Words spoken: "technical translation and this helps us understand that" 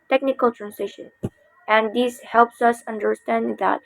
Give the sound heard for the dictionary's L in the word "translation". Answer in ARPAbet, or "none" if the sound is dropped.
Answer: none